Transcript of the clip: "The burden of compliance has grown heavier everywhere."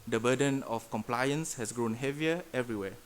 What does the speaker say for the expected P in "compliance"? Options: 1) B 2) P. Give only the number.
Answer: 2